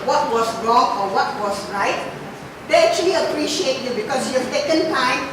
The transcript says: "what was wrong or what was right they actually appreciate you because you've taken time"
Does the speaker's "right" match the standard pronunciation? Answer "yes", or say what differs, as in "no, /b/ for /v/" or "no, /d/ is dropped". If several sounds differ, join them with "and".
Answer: yes